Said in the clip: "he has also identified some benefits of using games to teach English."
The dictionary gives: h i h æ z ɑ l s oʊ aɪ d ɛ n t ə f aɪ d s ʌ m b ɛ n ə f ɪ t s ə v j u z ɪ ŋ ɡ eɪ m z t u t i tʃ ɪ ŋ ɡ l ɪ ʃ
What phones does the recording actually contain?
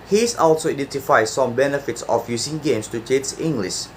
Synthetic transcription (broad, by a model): h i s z ɑ l s oʊ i d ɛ n t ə f aɪ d s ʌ m b ɛ n ə f ɪ t s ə f j u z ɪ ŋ ɡ eɪ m s t u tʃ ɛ s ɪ ŋ ɡ l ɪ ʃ